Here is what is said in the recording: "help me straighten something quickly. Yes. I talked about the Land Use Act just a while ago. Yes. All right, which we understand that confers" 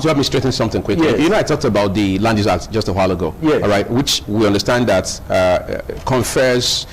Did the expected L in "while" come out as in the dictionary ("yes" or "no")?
yes